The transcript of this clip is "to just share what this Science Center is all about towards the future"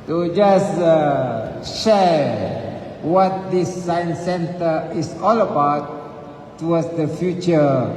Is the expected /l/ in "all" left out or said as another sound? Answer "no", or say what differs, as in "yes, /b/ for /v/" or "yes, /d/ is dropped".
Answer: no